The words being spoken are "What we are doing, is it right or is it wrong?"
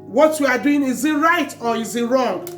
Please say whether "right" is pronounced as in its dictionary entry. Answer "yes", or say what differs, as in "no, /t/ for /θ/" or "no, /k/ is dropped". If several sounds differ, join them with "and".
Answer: yes